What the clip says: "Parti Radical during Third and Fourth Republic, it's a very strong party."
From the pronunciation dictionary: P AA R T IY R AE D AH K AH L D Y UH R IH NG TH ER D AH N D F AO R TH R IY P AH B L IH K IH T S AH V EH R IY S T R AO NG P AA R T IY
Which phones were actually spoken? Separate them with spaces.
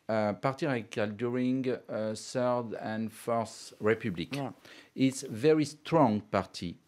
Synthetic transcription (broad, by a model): P AA R T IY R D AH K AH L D Y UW R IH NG S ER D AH N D F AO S R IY P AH B L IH K IH T S V EH R IY S T R AO NG P AA R T IY